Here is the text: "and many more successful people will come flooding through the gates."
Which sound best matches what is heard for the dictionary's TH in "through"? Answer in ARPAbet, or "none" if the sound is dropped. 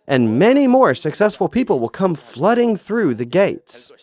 TH